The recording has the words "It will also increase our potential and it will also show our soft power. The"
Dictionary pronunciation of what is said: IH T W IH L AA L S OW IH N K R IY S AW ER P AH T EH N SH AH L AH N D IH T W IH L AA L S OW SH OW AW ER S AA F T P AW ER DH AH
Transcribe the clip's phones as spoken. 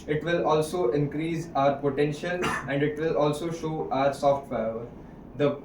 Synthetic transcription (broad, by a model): IH T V IH L AA L S OW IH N K R IY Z AW ER P AH T EH N SH AH L AH N D IH T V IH L AA L S OW SH OW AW ER S AA F T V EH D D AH